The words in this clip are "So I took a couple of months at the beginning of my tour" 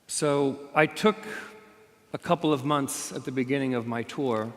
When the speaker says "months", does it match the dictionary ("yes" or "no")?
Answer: yes